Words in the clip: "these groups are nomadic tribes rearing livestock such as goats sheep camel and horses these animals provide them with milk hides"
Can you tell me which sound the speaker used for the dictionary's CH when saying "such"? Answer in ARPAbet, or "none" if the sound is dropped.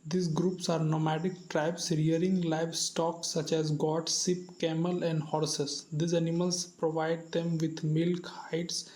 CH